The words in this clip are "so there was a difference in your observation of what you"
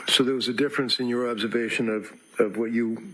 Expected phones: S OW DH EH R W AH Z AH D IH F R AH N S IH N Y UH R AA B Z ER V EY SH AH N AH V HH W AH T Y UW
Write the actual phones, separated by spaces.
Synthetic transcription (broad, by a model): S OW DH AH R W AH Z AH D IH F R AH N S IH N Y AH R AA B Z ER V EY SH AH N AH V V W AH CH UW